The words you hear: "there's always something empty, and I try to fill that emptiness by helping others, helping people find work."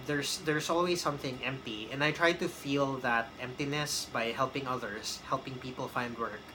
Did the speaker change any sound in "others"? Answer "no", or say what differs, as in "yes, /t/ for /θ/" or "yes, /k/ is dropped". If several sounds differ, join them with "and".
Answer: yes, /s/ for /z/